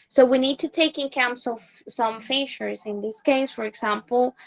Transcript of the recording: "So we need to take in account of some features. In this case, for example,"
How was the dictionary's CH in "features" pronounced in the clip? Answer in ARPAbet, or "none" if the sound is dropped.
SH